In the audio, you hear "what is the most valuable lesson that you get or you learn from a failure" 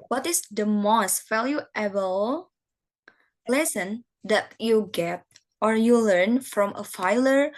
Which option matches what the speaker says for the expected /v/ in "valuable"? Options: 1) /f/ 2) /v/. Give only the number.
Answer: 1